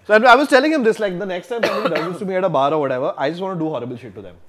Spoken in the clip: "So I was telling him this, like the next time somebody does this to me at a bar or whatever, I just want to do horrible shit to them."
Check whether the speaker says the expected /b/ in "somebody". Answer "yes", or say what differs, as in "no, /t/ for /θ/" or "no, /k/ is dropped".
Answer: no, /b/ is dropped